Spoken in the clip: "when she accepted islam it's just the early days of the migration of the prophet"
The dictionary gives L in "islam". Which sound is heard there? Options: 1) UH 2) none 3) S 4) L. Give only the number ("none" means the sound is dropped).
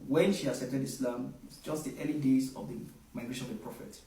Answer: 4